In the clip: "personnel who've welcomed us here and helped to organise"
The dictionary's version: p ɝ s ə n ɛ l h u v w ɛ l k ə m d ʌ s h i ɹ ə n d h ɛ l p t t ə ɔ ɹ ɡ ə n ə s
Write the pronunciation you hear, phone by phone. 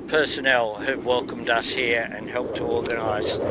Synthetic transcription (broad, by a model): p ɝ s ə n ɛ l h u v w ɛ l k ə m d ʌ s h i ɹ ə n h ɛ l p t t ə ɔ ɹ ɡ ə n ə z